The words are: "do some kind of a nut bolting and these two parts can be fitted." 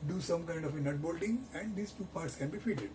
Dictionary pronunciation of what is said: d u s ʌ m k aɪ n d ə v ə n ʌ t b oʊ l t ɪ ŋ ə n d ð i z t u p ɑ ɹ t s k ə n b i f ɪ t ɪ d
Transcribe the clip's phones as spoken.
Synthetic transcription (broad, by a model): d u s ʌ m k aɪ n d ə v ə n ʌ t b oʊ l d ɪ ŋ ə n d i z t u p ɑ ɹ t s k ə n b i f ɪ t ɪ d